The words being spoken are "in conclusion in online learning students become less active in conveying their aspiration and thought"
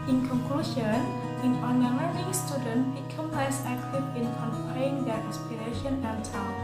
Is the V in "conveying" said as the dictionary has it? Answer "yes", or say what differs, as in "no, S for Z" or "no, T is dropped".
no, P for V